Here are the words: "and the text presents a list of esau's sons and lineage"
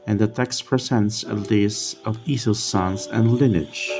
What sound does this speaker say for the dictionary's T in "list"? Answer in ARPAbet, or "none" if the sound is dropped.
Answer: none